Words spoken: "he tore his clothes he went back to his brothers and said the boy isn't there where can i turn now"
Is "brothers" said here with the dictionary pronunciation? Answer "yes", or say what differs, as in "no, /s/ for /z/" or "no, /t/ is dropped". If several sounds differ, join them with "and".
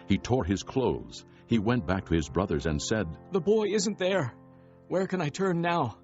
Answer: yes